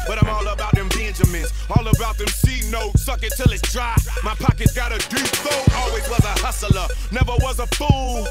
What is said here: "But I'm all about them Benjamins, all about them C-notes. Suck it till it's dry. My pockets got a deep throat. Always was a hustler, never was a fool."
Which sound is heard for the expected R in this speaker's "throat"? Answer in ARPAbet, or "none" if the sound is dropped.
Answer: none